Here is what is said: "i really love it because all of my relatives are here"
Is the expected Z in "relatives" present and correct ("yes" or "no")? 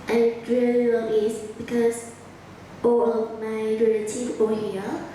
no